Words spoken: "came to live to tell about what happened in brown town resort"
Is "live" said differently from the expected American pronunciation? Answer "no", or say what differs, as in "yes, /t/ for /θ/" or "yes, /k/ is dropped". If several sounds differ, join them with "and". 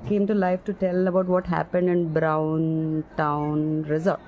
yes, /f/ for /v/